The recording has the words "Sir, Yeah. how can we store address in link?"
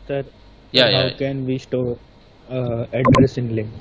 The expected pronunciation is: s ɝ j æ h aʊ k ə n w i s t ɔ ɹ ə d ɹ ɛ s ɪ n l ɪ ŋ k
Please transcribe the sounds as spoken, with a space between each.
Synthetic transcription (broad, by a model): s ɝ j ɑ h aʊ k ə n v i ʃ t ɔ ə d ɹ ɛ s ɪ n l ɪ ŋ